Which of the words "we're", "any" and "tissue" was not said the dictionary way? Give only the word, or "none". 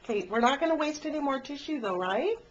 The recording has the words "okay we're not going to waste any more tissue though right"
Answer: none